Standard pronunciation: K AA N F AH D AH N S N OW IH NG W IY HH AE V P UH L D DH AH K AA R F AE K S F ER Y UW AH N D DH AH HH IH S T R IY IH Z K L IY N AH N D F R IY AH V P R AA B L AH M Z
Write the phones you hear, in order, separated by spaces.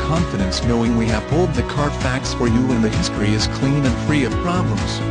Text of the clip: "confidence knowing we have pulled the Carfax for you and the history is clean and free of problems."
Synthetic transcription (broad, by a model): K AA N F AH D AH N S N OW IH NG W IY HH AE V B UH L D DH AH K AA R F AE K S F ER Y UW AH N DH AH HH IH S T R IY IH Z K L IY N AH N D F R IY AH V P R AA B L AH M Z